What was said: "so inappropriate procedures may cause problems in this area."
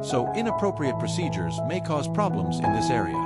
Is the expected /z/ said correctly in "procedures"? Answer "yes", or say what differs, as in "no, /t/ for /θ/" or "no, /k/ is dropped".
yes